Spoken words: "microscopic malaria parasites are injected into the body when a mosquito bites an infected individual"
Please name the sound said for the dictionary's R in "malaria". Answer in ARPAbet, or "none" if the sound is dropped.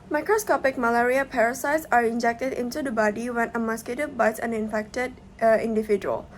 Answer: R